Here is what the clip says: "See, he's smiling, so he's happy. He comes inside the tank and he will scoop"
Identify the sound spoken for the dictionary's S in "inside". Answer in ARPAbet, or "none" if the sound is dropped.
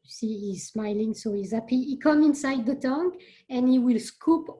S